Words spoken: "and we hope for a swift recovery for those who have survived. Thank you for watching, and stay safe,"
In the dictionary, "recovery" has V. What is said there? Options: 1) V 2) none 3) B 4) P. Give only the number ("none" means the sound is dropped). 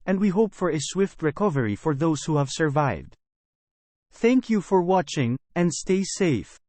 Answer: 1